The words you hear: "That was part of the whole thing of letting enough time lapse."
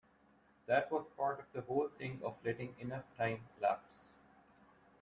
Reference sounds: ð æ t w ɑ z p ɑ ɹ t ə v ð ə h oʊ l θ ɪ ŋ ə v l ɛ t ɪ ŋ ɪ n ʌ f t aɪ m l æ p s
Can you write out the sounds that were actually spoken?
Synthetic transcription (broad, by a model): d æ t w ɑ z p ɑ ɹ t ə v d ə h oʊ l t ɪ ŋ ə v l ɛ t ɪ ŋ ɪ n ʌ f t aɪ m l æ p s